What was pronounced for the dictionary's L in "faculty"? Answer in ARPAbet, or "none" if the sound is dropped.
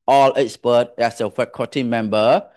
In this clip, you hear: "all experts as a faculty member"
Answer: none